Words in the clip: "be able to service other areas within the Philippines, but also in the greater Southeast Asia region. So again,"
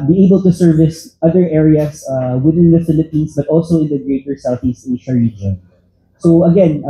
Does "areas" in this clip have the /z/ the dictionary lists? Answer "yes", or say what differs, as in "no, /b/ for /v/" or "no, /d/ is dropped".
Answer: no, /s/ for /z/